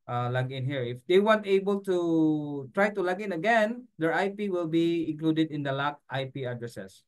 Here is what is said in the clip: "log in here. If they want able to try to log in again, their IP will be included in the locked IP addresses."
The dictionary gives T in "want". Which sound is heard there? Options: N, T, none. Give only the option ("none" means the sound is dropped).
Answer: T